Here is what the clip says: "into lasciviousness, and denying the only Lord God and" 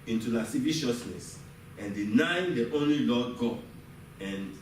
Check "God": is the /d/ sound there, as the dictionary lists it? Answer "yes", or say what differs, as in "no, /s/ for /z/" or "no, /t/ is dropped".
no, /d/ is dropped